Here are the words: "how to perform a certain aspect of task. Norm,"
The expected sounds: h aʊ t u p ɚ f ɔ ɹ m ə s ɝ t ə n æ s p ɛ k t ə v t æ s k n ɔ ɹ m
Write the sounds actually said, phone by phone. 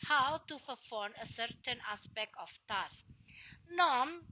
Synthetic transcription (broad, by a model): h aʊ t u f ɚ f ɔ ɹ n ə s ɝ t ə n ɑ s p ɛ k t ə f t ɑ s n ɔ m